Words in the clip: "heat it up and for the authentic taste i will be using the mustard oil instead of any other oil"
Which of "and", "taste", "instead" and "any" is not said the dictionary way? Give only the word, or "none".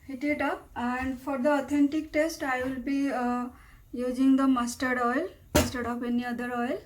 instead